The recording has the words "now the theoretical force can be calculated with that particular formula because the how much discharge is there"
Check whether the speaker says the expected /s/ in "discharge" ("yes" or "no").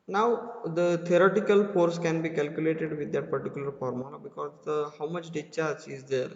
no